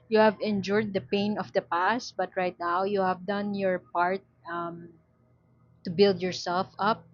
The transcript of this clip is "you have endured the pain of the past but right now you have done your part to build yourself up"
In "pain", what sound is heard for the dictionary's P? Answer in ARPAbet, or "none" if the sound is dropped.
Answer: P